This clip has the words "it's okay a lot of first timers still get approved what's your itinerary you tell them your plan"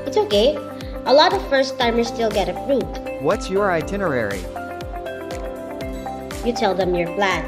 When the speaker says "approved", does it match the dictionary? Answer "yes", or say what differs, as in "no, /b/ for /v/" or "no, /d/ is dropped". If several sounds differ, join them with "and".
no, /f/ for /p/